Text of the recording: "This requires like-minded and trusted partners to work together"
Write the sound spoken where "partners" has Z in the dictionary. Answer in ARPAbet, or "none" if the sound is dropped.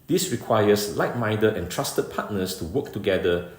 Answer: S